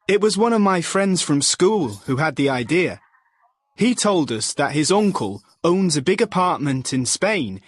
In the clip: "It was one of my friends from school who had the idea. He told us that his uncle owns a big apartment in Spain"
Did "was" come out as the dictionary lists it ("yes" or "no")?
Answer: yes